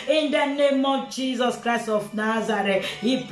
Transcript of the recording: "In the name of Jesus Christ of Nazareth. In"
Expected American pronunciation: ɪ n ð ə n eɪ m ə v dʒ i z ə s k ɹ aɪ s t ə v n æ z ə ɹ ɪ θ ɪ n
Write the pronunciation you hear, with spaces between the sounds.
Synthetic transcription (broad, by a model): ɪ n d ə n eɪ m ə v dʒ i z ə s k ɹ aɪ s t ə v n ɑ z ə ɹ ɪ t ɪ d